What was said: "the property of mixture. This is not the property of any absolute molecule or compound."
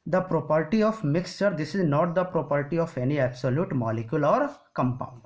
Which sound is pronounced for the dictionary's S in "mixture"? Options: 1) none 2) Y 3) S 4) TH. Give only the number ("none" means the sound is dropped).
3